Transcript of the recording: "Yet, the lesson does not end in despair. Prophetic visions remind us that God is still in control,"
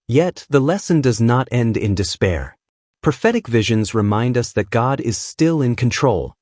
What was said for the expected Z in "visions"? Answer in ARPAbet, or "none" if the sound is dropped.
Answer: Z